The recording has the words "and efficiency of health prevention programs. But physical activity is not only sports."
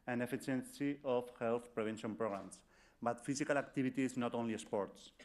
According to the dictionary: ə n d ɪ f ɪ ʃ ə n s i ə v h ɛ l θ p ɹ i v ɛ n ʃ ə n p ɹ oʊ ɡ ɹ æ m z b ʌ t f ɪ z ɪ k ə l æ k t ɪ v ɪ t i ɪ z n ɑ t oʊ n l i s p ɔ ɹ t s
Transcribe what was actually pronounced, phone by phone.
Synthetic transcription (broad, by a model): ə n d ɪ f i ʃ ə n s i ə f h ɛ l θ p ɹ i b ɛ n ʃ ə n p ɹ oʊ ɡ ɹ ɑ m s b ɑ t f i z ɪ k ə l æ k t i b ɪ t i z n ɑ t oʊ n l i s p ɔ ɹ t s